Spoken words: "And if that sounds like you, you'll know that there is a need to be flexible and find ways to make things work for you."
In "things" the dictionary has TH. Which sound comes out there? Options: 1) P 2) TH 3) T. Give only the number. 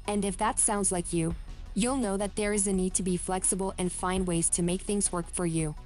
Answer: 2